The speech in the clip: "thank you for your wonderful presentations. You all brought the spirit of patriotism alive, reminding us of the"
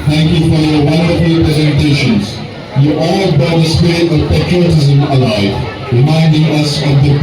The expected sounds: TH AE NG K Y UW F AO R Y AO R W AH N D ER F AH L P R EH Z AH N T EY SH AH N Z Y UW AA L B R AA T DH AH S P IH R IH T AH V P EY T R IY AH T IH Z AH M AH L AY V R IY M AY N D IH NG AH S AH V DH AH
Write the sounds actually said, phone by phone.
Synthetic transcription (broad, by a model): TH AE NG K Y UW F AO R Y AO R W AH N D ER F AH L P R EH Z AH N T EY SH AH N Z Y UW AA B AA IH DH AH S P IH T AH V P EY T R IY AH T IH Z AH M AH L AY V R IY M AY N D IH NG AH S AH V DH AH